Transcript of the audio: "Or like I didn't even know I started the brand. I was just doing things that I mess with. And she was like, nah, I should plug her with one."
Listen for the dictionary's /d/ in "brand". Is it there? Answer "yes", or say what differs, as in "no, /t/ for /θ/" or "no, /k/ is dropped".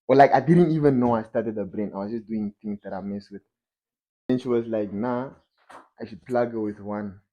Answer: no, /d/ is dropped